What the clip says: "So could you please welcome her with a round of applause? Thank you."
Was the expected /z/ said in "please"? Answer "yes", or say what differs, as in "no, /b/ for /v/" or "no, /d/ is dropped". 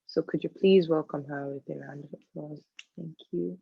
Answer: yes